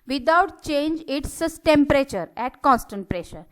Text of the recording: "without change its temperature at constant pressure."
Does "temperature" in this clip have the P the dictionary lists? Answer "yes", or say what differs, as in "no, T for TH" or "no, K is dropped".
yes